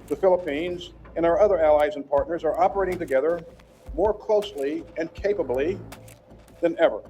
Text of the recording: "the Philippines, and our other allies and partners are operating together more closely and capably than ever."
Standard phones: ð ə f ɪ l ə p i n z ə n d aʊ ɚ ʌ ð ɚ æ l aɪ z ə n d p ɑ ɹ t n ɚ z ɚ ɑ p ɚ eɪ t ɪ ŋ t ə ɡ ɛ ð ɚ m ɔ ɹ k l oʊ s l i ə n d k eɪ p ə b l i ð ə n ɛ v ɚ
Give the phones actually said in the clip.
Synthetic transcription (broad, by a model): ð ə f ɪ l ə p i n z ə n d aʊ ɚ ʌ ð ɚ æ l aɪ z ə n p ɑ ɹ t n ɚ z ɚ ɑ p ɚ eɪ t ɪ ŋ t ə ɡ ɛ ð ɚ m ɔ ɹ k l oʊ s l i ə n k eɪ p ə b l i ð ə n ɛ v ɚ